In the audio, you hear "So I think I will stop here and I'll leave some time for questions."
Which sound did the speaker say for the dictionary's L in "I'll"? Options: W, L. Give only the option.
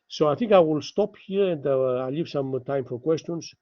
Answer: L